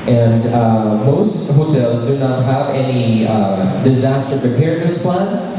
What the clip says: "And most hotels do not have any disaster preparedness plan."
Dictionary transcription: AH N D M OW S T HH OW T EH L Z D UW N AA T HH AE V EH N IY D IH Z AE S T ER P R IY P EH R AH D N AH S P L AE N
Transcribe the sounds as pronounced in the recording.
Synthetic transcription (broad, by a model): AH N M OW S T HH OW T EH L Z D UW N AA T HH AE V EH N IY D IH Z AE S T ER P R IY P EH R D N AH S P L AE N